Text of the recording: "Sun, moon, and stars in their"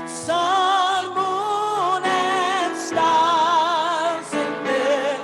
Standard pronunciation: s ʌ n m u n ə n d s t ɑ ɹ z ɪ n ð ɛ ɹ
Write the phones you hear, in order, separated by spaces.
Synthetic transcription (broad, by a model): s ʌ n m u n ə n s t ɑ l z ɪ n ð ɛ